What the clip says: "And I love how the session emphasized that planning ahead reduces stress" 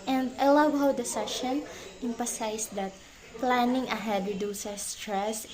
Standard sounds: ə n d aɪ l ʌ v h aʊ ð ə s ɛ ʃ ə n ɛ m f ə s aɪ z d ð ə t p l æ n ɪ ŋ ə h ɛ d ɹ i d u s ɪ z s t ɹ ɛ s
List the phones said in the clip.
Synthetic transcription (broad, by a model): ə n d aɪ l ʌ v h aʊ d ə s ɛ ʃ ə n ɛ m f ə s aɪ s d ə t p l æ n ɪ ŋ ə h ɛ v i d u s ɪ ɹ s t ɹ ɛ s